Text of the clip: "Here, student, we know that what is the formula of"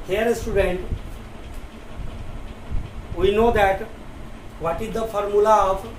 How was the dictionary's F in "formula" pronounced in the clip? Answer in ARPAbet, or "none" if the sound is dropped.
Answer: F